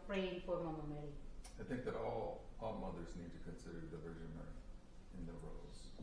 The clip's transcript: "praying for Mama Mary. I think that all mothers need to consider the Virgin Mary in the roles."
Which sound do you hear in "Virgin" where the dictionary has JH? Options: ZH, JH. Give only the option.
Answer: ZH